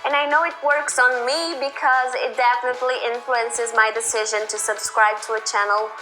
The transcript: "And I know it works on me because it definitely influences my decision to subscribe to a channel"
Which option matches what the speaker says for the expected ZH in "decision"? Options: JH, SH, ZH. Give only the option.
ZH